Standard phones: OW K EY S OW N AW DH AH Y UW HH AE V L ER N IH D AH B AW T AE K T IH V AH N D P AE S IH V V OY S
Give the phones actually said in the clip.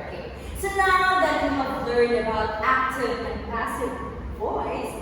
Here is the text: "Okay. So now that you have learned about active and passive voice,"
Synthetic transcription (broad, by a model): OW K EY S OW N AW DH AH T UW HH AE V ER IH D AH B AW T AE K T IH V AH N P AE S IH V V OY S